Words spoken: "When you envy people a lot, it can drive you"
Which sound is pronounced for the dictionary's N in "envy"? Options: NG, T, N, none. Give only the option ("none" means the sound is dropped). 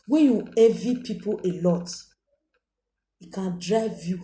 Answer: none